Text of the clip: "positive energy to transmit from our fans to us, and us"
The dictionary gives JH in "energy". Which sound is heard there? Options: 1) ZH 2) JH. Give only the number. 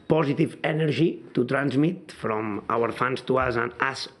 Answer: 1